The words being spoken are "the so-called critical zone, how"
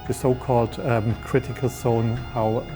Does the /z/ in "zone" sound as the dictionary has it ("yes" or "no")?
no